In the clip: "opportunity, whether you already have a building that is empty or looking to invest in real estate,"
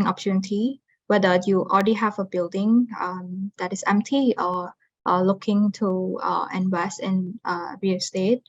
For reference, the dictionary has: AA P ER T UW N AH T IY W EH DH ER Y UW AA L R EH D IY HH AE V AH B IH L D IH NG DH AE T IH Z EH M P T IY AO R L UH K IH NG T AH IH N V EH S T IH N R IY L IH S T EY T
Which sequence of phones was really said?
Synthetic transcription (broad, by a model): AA P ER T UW N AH T IY W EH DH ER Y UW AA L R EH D IY HH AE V AH B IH L D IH NG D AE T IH S EH M P T IY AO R L UH K IH NG T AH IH N W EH S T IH N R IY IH S T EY T